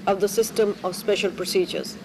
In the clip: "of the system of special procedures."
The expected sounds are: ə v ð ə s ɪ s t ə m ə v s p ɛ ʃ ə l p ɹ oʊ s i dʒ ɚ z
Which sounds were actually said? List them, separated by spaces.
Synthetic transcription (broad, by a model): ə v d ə s ɪ s t ə m ə v s p ɛ ʃ ə l p ɹ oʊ s i dʒ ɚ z